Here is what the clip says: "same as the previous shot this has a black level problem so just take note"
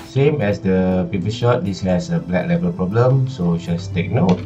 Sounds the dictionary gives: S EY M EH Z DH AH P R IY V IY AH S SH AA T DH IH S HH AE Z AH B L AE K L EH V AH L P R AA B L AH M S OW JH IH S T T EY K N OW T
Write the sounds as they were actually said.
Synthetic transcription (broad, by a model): S EY M EH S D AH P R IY P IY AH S SH AA T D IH S HH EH S AH B L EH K L EH V AH L P R AA B L AH M S OW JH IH S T T EY K N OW T